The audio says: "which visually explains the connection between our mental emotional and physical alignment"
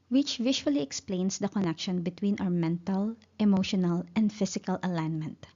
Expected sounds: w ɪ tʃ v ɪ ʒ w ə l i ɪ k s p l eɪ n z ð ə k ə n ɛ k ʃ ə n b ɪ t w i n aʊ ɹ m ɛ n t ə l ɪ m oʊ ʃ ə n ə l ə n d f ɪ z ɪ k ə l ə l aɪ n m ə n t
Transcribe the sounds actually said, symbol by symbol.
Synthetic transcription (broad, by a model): w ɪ tʃ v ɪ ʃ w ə l i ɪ k s p l eɪ n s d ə k ə n ɛ k ʃ ə n b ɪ t w i n aʊ ɹ m ɛ n t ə l ɪ m oʊ ʃ ə n ə l ə n d f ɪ s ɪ k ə l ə l aɪ n m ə n t